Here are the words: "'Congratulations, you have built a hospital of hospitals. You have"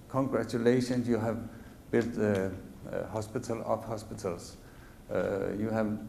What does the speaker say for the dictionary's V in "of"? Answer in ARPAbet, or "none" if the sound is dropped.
P